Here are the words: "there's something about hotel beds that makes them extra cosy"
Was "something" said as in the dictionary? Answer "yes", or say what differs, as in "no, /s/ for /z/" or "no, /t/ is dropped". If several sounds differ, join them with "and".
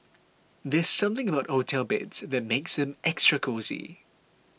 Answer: yes